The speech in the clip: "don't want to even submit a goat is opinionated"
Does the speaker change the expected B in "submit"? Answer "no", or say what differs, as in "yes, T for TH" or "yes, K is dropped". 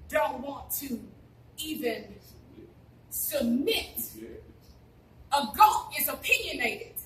no